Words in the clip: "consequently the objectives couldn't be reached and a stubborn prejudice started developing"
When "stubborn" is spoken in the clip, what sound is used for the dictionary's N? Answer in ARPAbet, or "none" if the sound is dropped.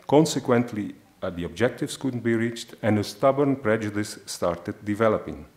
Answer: N